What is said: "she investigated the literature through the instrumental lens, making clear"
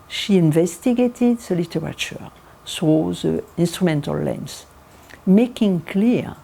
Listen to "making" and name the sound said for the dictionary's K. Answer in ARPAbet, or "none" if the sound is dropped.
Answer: K